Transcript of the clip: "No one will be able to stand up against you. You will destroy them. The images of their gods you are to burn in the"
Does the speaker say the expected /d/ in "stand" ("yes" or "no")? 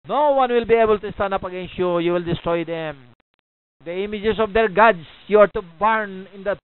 no